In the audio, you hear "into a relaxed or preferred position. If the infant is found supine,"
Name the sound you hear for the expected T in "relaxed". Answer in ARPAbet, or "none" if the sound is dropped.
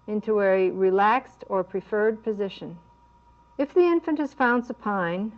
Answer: T